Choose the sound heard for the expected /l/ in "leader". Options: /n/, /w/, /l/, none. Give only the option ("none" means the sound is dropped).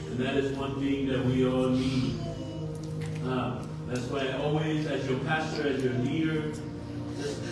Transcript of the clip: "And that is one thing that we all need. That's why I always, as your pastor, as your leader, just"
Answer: /n/